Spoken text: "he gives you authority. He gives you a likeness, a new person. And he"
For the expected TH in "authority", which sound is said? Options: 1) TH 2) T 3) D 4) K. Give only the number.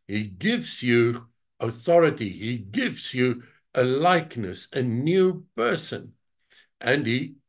1